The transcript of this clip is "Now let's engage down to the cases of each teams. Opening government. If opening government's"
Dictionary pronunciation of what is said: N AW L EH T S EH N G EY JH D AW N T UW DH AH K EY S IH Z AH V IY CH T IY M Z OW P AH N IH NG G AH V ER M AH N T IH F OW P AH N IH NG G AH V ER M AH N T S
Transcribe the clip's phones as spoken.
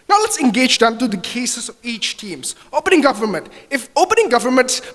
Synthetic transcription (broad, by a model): N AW L EH T S EH N G EY JH D AW N T UW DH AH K EY S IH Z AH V IY CH T IY M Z OW P AH N IH NG G AH V ER M AH N T IH F OW P AH N IH NG G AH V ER M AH N T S